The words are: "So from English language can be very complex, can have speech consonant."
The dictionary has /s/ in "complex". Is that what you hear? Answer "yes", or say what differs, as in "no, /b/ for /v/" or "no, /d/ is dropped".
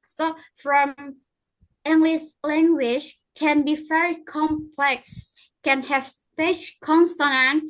yes